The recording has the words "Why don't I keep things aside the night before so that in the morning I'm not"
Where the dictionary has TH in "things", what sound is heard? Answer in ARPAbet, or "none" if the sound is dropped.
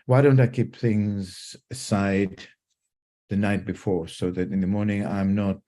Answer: TH